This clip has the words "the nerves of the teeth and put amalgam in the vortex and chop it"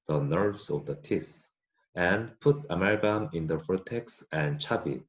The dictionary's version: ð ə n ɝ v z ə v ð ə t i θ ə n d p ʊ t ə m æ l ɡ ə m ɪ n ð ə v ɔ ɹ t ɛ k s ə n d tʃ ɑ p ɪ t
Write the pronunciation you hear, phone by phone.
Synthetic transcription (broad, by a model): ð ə n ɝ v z ə v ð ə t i s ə n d p ʊ t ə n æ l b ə m ɪ n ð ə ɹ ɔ t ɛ k s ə n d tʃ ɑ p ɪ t